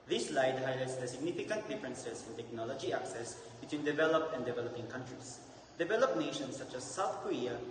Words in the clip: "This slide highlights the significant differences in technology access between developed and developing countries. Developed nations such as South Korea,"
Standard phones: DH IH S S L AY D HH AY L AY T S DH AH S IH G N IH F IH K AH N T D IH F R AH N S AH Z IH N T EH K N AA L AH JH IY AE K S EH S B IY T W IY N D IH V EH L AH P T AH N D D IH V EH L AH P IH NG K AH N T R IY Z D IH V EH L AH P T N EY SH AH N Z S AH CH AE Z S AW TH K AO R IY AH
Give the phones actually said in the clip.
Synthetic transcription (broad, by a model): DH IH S S L AY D HH AY L AY T S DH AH S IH G N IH F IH K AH N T D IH F R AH N S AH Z IH N T EH K N AA L AH JH IY AE K S EH S B IY T W IY N D IH V EH L AH P T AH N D D IH V EH L AH P IH NG K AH N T R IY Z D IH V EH L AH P N EY SH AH N S AH CH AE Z S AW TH K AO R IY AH